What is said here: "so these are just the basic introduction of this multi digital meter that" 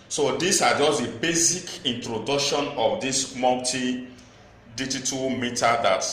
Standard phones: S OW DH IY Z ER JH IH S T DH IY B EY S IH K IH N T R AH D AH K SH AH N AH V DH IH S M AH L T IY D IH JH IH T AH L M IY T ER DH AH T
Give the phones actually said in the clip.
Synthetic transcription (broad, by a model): S OW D IY S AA JH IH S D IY B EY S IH K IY N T R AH D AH K SH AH N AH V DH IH S M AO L T IY D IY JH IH T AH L M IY T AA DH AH T